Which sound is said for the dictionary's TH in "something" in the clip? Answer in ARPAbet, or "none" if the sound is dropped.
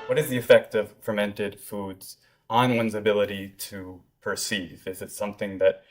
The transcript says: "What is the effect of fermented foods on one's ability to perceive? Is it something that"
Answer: TH